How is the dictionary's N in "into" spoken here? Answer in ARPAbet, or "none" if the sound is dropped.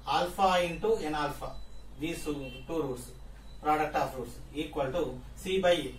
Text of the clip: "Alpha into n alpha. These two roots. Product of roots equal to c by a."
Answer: N